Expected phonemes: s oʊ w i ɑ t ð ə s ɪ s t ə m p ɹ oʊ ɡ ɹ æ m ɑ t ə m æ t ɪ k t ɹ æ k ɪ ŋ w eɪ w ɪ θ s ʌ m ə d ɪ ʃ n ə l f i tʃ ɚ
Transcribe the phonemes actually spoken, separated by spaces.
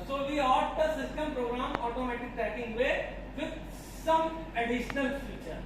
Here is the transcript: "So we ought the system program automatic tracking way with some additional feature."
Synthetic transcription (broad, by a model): s oʊ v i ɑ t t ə s ɪ s t ə m p ɹ oʊ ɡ ɹ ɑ m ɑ t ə m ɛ t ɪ k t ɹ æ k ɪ ŋ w eɪ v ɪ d s ʌ m ə d ɪ ʃ n ə l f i tʃ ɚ